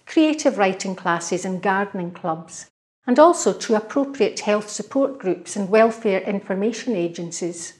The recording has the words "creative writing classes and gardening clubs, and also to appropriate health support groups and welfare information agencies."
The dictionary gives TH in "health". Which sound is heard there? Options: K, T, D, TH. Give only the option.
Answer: TH